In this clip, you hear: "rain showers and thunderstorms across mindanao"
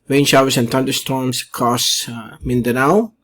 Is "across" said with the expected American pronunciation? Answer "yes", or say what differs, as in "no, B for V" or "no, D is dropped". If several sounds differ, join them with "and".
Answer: no, R is dropped